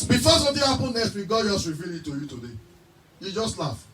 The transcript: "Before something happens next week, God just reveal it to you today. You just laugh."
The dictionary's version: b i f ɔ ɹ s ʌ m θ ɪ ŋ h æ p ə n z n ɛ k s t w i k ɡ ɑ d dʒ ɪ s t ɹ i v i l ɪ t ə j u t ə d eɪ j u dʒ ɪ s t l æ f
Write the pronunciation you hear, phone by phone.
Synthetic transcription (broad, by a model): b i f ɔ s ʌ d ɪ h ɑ p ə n n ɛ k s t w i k ɡ ɑ d dʒ ɪ s t ɹ i v i l ɪ t ə j u t ə d eɪ j u dʒ ɪ s t l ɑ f